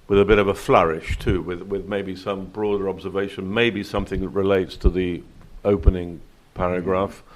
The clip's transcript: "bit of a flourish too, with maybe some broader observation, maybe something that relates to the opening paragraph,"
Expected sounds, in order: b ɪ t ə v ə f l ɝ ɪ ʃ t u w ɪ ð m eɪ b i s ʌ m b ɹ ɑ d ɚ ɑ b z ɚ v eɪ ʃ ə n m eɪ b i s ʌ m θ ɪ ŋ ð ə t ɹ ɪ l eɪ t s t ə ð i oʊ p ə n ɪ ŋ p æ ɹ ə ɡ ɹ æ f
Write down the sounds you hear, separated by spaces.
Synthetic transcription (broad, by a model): b ɪ t ə v ə f l ɝ ɪ ʃ t u w ɪ ð m eɪ b i s ʌ m b ɹ ɑ d ɚ ɑ b z ɚ v eɪ ʃ ə n m eɪ b i s ʌ m θ ɪ ŋ ð ə t ɹ ɪ l eɪ t s t ə ð i oʊ p ə n ɪ ŋ p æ ɹ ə ɡ ɹ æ f